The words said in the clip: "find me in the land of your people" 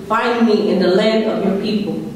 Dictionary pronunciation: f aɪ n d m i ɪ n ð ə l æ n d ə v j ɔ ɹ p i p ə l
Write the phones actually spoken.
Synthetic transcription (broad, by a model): f aɪ n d m i ɪ n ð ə l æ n ə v j ɔ ɹ p i p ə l